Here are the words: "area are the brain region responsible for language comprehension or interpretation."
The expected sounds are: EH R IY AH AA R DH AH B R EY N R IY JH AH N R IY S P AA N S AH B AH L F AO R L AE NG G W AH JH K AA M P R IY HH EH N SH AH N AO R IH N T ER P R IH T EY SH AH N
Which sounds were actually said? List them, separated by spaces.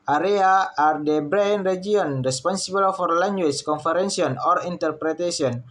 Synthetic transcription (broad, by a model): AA R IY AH AA R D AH B R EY N R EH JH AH N R IY S P AA N S AH B AH L F AO R L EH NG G W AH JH K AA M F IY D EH N S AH N AO R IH N T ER P R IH T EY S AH N